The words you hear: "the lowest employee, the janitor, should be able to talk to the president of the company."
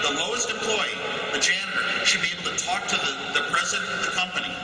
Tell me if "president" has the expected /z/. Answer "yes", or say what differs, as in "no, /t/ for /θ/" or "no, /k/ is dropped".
yes